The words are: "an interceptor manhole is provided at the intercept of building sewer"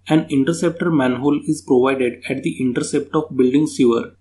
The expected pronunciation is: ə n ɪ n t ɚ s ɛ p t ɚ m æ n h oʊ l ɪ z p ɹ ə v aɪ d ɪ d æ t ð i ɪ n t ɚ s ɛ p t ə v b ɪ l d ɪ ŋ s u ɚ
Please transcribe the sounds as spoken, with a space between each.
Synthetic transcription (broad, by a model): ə n ɪ n t ɚ s ɛ p t ɚ m æ n h oʊ l ɪ z p ɹ ə v aɪ d ɪ d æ t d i ɪ n t ɚ s ɛ p t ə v b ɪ l d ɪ ŋ s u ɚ